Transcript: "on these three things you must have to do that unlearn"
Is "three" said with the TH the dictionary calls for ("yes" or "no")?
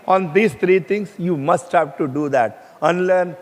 no